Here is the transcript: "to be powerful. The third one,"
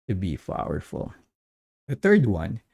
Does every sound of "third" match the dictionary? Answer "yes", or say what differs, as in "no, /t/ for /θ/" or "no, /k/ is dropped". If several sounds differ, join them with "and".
yes